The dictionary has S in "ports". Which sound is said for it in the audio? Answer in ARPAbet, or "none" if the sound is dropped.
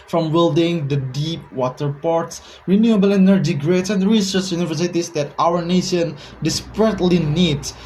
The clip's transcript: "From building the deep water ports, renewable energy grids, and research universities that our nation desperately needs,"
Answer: S